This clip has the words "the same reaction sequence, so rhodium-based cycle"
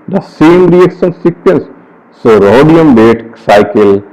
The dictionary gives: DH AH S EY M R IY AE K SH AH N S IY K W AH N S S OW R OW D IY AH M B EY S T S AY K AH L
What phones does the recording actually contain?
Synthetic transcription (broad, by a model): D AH S EY M R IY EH K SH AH N S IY K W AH N S S OW R OW D IY AH M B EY T S AY K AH L